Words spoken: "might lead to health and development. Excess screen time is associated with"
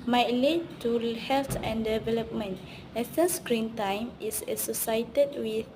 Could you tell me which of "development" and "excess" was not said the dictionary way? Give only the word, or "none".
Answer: excess